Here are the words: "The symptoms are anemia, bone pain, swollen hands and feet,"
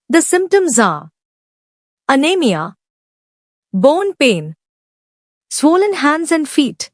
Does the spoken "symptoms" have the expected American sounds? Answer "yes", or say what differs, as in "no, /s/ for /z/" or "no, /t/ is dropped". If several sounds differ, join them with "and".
yes